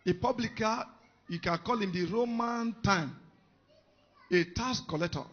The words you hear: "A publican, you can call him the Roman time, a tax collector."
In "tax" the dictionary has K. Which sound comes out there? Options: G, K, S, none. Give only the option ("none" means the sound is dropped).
none